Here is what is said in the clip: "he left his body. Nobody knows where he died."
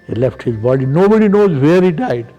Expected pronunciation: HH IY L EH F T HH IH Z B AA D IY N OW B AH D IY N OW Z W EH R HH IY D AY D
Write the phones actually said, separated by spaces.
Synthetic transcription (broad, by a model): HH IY L EH F T HH IH Z B AA D IY N OW B AH D IY N OW Z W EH R HH IY D AY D